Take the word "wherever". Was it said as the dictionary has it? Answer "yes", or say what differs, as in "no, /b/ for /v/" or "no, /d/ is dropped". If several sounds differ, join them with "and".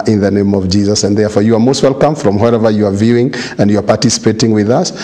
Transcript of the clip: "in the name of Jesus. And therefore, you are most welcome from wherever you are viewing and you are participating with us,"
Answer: yes